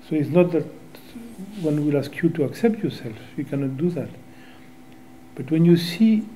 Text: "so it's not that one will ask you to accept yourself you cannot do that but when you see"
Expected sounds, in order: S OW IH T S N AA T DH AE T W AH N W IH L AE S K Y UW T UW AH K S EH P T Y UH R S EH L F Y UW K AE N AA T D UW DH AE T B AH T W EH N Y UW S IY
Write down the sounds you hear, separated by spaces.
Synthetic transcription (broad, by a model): S OW IH T S N AA T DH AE T W AH N W IH L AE S K Y UW T UW AH K S EH P T Y UH R S EH L F Y UW K AE N AA T D UW DH AE T B AH T W EH N Y UW S IY